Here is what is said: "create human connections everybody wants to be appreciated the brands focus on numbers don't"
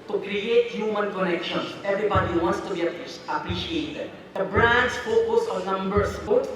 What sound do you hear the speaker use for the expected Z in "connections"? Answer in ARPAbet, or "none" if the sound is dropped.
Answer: none